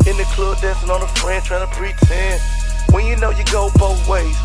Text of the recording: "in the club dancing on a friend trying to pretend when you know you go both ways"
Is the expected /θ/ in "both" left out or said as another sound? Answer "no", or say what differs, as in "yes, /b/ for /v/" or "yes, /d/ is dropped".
no